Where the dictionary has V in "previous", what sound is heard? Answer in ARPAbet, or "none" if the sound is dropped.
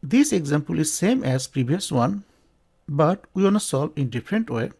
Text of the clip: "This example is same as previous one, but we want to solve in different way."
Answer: B